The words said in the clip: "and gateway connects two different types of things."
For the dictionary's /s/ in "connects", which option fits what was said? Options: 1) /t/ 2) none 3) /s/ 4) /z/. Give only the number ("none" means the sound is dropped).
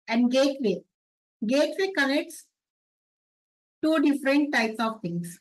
3